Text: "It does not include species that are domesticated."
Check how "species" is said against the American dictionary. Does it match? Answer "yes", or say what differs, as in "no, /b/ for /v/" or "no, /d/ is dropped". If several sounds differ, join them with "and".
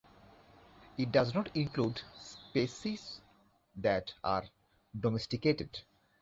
no, /s/ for /ʃ/